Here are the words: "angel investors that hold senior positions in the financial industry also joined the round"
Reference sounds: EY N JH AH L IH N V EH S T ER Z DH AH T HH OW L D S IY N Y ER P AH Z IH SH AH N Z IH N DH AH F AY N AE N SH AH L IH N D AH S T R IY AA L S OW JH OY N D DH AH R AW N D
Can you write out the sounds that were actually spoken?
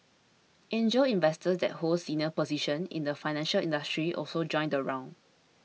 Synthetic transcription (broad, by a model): EY N JH AH L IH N V EH S T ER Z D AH T HH OW L S IY N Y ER P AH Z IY SH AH N IH N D AH F AY N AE N SH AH L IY N D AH S T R IY AA L S OW JH OY N D AH R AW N